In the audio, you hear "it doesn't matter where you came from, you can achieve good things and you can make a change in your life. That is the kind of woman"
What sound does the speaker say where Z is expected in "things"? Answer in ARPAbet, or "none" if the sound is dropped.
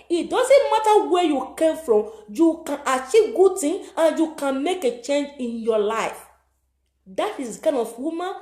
none